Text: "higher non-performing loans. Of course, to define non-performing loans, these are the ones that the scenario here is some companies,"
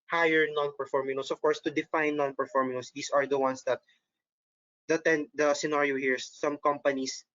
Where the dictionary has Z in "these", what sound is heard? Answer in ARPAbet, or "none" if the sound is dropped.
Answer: S